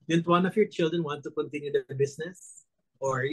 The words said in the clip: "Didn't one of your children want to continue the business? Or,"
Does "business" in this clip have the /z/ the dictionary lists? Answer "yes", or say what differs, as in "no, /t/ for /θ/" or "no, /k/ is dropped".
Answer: no, /s/ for /z/